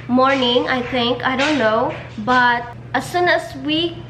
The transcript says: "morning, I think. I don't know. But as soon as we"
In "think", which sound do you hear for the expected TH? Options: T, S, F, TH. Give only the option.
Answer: T